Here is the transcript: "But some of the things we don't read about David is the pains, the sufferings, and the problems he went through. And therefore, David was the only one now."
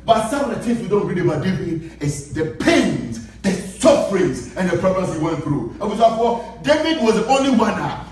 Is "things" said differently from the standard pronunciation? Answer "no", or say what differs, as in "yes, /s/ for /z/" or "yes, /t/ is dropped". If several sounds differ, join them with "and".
yes, /t/ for /θ/